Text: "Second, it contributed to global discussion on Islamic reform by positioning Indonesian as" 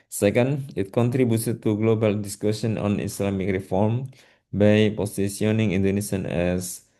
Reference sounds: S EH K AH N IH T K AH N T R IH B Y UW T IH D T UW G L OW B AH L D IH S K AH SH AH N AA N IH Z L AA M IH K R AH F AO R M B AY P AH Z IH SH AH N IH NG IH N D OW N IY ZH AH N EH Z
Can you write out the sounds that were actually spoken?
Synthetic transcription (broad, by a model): S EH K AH N IH T K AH N T R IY B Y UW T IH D T UW G L OW B AH L D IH S K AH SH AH N AA N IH S L AA M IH K R AH F AO R M B AY P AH S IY S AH N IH NG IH N D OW N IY S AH N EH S